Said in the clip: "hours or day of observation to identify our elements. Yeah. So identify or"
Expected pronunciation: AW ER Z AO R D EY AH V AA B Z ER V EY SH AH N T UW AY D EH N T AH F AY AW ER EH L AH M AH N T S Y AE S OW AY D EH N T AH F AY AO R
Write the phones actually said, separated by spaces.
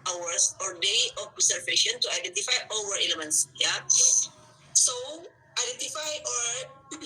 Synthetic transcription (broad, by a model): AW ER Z AO R D EY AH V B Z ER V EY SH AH N T UW AY D EH N T AH F AY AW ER EH L AH M AH N T S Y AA S OW AY D EH N T AH F AY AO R